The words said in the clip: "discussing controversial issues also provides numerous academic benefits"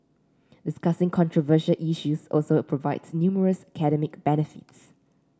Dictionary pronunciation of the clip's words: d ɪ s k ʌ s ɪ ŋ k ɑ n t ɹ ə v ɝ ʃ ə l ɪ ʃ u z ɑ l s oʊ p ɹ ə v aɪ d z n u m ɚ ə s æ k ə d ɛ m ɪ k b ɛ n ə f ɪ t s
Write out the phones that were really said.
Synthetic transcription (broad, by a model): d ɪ s k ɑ s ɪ ŋ k ɑ n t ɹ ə v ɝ ʃ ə l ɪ ʃ u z ɑ l s oʊ p ɹ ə v aɪ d s n u m ɚ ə s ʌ k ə d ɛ m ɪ k b ɛ n ə f ɪ t s